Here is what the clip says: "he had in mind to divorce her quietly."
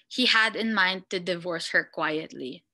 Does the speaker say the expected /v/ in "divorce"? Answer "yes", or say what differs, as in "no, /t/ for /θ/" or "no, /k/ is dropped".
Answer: yes